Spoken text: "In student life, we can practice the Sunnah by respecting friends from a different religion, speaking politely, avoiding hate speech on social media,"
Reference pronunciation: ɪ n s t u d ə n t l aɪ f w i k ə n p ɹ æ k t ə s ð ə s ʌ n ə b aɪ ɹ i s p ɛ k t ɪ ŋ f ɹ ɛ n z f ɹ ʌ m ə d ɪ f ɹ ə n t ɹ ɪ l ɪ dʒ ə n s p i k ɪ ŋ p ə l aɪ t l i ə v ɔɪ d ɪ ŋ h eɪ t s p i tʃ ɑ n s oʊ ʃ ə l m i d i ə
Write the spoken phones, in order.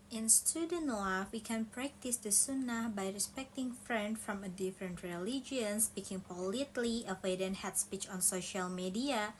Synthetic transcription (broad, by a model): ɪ n s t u d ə n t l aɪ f w i k ə n p ɹ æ k t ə s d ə s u n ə b aɪ ɹ i s p ɛ k t ɪ ŋ f ɹ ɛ n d f ɹ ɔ m ə d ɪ f ɹ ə n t ɹ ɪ l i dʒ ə n s p i k ɪ ŋ p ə l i t l i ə w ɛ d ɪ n h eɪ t s p i tʃ ɑ n s oʊ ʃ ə l m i d i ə